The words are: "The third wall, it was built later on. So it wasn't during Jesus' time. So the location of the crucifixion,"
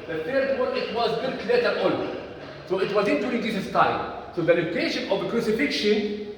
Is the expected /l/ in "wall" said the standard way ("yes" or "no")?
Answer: no